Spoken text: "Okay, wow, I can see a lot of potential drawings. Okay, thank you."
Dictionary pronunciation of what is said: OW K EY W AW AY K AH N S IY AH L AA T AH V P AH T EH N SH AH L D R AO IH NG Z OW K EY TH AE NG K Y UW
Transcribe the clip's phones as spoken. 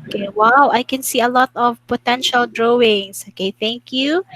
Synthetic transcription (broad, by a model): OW K EY W AW AY K AH N S IY AH L AA T AH V P AH T EH N SH AH L D R AO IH NG S OW K EY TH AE NG K Y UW